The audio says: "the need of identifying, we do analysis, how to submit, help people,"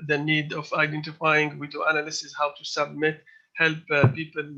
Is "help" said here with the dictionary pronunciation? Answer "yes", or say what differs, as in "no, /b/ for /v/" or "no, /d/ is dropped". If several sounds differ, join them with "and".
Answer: yes